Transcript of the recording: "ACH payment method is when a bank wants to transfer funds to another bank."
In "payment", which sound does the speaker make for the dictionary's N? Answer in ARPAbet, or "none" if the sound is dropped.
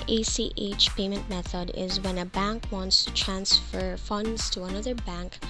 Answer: N